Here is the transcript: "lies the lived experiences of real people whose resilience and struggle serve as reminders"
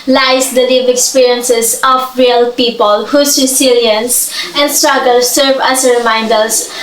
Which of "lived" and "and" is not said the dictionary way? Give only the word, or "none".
lived